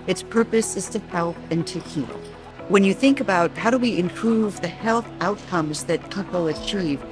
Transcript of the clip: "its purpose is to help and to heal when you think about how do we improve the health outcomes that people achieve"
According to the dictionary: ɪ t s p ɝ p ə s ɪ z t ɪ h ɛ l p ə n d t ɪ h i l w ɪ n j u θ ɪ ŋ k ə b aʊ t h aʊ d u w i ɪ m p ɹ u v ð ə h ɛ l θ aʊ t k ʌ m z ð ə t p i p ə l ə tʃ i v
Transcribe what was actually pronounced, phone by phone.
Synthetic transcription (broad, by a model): ɪ t s p ɝ p ə s ɪ z t ɪ h ɛ l p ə n t ɪ h i l w ɪ n j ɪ θ ɪ ŋ k ə b aʊ t h aʊ d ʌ w i ɪ m p ɹ u v ð ə h ɛ l θ aʊ t k ʌ m z ð ə t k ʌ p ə l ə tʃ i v